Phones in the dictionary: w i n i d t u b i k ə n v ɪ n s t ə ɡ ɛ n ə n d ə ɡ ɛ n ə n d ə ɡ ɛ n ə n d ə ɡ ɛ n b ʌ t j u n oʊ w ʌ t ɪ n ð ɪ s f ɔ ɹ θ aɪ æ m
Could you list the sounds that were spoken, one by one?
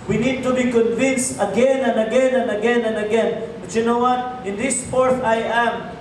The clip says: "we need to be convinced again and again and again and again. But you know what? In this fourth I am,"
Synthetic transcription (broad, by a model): w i n i d t u b i k ə n v ɪ n s t ə ɡ ɛ n ə n d ə ɡ ɛ n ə n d ə ɡ ɛ n ə n d ə ɡ ɛ n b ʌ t j u n oʊ w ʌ t ɪ n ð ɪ s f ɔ ɹ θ aɪ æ m